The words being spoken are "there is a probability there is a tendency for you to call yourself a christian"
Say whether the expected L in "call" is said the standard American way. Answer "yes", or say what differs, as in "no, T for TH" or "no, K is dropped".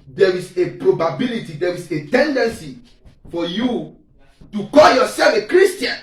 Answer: yes